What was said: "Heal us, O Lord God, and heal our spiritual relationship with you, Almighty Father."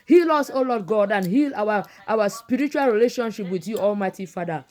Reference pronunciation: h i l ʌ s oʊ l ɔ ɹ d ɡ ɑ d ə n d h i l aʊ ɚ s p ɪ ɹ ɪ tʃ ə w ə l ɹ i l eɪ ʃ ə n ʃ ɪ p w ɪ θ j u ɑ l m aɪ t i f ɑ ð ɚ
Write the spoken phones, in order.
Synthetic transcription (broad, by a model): h i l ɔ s oʊ l ɔ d ɡ ɑ d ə n h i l aʊ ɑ s p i ɹ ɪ tʃ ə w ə l ɹ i l eɪ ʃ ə n ʃ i p w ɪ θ j u ɑ l m aɪ t i f ɑ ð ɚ